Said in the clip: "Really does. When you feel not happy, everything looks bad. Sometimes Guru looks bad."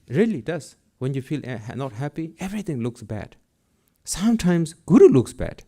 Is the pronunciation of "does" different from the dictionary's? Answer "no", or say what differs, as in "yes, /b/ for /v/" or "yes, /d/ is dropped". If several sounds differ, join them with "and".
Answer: yes, /s/ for /z/